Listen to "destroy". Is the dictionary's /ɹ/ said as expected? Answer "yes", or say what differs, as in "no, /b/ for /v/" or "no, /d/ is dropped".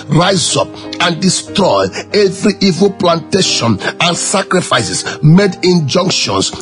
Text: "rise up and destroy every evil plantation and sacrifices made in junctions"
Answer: yes